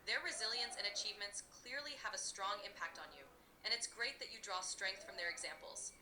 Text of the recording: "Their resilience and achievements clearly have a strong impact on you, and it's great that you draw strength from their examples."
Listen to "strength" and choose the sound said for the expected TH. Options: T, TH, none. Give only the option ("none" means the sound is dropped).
TH